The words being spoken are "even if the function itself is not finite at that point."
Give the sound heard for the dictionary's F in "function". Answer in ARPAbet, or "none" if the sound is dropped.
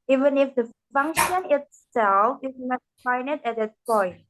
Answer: F